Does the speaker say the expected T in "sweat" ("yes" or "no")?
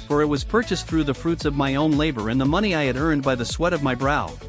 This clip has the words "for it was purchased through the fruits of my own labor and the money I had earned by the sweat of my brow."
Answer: yes